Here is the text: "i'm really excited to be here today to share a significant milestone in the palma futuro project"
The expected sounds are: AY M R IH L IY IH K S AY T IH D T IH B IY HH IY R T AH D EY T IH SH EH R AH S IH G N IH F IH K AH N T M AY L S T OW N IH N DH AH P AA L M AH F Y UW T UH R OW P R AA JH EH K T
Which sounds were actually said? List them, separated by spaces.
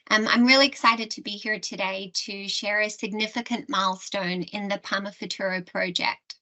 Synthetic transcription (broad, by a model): AY M R IH L IY IH K S AY T IH D T IH B IY HH IY R T AH D EY T IH SH EH R AH S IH G N IH F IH K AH N M AY L S T OW N IH N DH AH P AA M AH F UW T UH R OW P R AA JH EH K T